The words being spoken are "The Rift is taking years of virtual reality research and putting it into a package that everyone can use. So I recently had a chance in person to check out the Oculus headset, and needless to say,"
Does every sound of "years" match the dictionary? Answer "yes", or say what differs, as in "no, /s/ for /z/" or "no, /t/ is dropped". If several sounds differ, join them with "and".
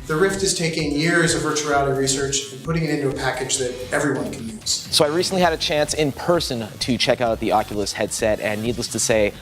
yes